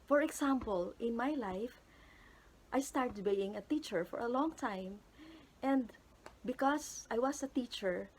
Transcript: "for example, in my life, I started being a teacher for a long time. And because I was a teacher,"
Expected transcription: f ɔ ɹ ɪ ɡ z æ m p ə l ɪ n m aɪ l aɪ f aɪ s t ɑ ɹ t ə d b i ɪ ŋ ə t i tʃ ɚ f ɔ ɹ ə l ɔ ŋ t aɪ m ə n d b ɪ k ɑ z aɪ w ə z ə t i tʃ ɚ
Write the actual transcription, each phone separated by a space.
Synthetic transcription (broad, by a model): f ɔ ɹ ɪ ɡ s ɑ m p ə l ɪ n m aɪ l aɪ f aɪ s t ɑ ɹ t ə d b i ɪ ŋ ə t i tʃ ɚ f ɔ ɹ ə l ɔ ŋ t aɪ m ə n d b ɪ k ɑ s aɪ w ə s ə t i tʃ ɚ